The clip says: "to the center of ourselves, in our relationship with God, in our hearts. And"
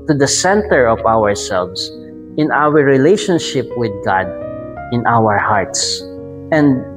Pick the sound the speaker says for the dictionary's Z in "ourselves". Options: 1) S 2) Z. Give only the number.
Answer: 1